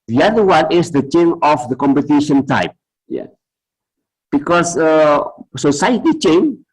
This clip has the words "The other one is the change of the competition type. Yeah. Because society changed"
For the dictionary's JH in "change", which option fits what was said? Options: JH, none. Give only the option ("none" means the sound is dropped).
none